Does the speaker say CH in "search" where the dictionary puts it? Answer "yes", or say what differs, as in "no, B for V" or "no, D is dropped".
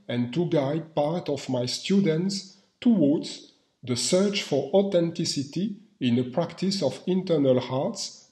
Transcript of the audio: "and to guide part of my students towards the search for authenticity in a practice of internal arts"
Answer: yes